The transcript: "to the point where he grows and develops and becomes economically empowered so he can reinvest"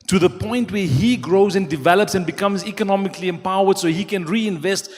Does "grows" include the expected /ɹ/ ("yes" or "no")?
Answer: yes